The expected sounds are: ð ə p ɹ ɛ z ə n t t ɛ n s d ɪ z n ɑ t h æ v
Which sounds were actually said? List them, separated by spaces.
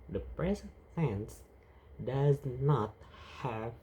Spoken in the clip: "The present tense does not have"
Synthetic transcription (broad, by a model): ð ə p ɹ ɛ z ə n t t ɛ n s d ɪ z n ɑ t h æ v